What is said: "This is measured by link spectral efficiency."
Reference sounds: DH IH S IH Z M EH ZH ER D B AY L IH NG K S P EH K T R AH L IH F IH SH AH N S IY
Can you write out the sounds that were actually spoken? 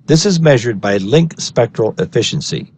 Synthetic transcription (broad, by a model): DH IH S IH Z M EH ZH ER D B AY L IH NG K S P EH K T R AH L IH F IH SH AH N S IY